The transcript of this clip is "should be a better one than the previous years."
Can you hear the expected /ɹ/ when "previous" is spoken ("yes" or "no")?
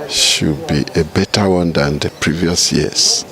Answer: yes